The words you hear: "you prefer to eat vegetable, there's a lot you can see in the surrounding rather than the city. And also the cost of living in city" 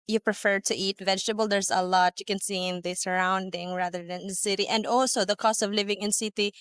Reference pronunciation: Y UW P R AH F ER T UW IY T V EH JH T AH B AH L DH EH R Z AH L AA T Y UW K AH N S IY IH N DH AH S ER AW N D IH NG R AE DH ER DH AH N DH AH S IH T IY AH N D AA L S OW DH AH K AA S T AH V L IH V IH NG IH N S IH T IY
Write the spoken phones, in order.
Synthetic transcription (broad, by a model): Y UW P R AH F ER T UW IY T V EH JH T AH B AH L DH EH R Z AH L AA T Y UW K AH N S IY IH N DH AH S ER AW N D IH NG R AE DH ER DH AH N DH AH S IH T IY AH N D AA L S OW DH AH K AA S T AH V L IH V IH NG IH N S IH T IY